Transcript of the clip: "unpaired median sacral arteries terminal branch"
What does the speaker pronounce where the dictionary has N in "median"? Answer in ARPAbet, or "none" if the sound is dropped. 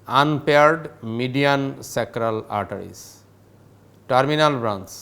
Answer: N